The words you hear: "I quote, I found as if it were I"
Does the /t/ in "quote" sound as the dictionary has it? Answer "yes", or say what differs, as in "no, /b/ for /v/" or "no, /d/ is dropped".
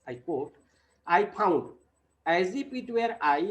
yes